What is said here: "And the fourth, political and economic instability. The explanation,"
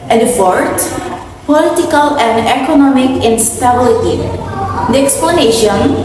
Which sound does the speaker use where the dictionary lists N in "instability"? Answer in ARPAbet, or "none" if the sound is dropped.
N